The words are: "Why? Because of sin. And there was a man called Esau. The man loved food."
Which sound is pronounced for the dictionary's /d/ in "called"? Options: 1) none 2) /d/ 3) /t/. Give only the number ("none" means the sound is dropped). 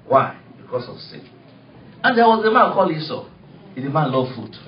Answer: 1